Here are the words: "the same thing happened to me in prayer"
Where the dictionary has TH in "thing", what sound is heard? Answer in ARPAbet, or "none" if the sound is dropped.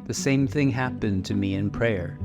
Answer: TH